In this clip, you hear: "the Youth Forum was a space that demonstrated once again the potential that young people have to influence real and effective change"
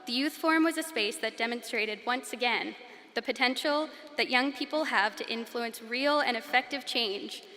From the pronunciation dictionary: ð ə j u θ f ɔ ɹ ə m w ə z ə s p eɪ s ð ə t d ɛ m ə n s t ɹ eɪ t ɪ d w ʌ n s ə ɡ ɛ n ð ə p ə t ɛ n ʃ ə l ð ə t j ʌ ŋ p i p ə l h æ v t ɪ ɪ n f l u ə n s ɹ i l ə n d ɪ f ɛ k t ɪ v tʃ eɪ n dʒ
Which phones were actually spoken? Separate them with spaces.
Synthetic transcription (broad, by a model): ð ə j u θ f ɔ ɹ m w ə z ə s p eɪ s ð ə t d ɛ m ə n s t ɹ eɪ t ɪ d w ʌ n s ə ɡ ɛ n ð ə p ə t ɛ n ʃ l ð ə t j ʌ ŋ p i p l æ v t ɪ ɪ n f l u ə n s ɹ i l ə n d ɪ f ɛ k t ɪ v tʃ eɪ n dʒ